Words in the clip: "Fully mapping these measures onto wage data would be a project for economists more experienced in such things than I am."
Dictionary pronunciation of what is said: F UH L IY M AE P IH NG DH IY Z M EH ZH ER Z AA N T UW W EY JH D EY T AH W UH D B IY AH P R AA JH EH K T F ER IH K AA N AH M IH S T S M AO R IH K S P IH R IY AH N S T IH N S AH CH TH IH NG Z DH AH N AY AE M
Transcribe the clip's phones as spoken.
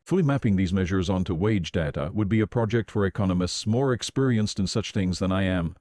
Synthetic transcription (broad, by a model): F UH L IY M AE P IH NG DH IY Z M EH ZH ER Z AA N T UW W EY JH D EY T AH W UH D B IY AH P R AA JH EH K T F ER IH K AA N AH M IH S T S M AO R IH K S P IH R IY AH N S T IH N S AH CH TH IH NG Z DH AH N AY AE M